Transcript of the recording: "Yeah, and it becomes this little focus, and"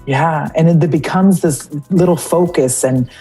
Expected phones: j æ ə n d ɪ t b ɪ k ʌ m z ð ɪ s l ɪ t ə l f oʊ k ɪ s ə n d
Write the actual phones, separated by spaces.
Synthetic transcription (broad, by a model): j æ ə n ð ɪ t b ɪ k ʌ m z ð ɪ s l ɪ t l f oʊ k ɪ s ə n